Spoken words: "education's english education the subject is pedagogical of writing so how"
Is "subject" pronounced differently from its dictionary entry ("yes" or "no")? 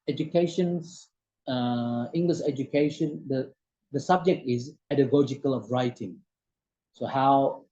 no